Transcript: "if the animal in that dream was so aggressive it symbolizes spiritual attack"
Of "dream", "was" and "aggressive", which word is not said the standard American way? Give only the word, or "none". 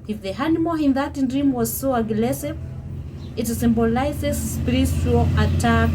aggressive